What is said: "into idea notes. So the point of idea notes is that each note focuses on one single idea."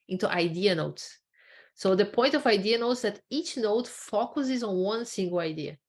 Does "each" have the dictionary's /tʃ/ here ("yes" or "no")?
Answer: yes